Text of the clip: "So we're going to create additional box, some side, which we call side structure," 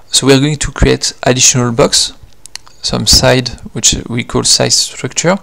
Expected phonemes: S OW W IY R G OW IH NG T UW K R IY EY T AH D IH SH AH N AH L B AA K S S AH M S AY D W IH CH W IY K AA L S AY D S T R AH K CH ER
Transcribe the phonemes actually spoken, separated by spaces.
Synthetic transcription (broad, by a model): S OW W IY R G OW IH NG T UW K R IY EY T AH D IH SH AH N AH L B AA K S S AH M S AY D W IH CH W IY K AA L S AY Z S T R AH K CH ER